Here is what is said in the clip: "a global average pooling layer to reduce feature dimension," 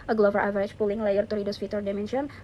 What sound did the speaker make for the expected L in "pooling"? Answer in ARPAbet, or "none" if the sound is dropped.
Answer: L